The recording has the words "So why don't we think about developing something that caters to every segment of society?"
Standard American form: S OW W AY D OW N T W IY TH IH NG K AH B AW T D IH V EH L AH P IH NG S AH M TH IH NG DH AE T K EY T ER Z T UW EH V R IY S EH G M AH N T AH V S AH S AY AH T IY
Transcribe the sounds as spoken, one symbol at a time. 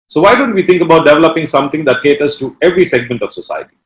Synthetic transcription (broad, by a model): S OW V AY D OW N T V IY T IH NG K AH B AW T D IH V EH L AH P IH NG S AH M T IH NG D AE T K EY T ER S T UW EH V R IY S EH G M AH N T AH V S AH S AY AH T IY